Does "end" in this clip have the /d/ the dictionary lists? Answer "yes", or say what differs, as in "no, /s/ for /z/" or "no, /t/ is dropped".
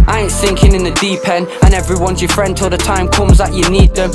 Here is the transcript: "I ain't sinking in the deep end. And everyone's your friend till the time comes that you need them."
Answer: no, /d/ is dropped